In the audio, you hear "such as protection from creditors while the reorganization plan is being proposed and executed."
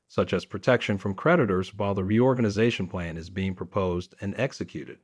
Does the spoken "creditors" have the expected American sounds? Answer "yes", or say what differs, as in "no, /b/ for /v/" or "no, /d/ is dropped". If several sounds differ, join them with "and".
yes